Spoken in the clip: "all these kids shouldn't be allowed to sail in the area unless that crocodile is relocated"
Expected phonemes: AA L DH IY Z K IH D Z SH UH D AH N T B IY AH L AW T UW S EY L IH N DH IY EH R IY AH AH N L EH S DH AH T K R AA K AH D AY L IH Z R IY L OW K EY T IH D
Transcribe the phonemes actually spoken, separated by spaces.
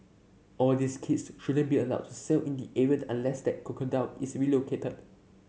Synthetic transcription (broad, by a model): AA L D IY S K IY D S SH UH D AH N B IY AH L AW T UW S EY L IH N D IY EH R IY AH AH N L EH S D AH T K AA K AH D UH N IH S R IY L OW K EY T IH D